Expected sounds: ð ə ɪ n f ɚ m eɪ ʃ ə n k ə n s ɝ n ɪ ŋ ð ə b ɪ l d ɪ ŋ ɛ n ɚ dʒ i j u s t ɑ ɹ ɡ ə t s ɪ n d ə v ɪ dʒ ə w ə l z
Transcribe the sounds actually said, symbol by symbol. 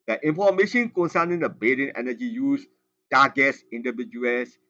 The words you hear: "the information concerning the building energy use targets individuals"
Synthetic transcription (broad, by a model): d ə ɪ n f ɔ m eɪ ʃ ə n k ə n s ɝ n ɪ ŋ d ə b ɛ d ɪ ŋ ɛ n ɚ dʒ i j u s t ɑ ɡ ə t s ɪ n d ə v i dʒ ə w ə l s